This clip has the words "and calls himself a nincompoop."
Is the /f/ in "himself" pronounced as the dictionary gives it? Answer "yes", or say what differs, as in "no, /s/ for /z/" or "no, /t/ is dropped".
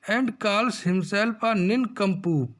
no, /p/ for /f/